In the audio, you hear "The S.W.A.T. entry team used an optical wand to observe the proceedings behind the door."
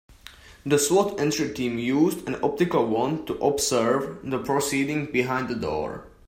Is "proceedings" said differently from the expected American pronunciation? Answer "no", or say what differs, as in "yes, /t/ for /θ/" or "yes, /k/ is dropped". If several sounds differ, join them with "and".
yes, /z/ is dropped